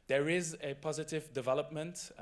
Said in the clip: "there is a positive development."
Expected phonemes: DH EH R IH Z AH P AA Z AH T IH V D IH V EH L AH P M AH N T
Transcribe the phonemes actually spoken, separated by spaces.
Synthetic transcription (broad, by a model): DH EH R IH Z AH P AA Z AH T IH V D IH V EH L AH P M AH N T